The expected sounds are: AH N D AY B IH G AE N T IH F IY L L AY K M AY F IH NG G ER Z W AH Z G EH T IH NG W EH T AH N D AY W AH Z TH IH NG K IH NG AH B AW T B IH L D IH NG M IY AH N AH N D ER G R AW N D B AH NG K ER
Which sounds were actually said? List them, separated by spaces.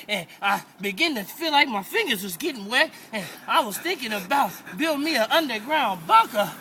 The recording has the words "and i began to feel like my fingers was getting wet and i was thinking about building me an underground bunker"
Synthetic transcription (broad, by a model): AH N AY B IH G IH N T IH F IY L L AY K M AY F IH NG G ER Z W AH Z G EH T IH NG W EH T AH N AY W AH Z TH IH NG K IH NG AH B AW T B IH L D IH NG M IY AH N AH N D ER G R AW N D B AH K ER